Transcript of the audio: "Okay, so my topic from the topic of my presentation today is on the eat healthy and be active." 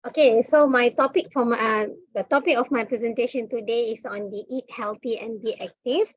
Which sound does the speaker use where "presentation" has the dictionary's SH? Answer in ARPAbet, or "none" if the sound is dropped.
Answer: SH